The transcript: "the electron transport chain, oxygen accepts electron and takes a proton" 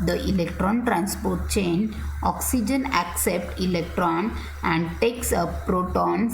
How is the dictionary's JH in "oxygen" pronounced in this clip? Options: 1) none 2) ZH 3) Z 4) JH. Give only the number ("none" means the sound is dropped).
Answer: 4